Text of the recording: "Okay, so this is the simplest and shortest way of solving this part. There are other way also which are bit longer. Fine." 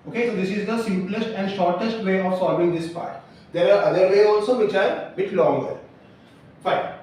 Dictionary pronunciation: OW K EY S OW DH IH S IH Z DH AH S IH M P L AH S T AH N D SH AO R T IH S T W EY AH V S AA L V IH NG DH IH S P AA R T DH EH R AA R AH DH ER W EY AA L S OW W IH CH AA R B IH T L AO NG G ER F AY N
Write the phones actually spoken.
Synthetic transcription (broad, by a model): OW K EY S OW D IH S IH Z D AH S IH M P L AH S T AH N D SH AO R T IH S T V EY AH V S AA L V IH NG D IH S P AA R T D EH R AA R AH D ER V EY AA L S OW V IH CH AA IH B IH T L AO NG G ER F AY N